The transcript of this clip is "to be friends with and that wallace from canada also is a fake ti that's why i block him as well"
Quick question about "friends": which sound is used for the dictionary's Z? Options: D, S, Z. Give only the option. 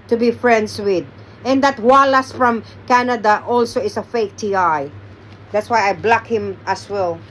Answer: S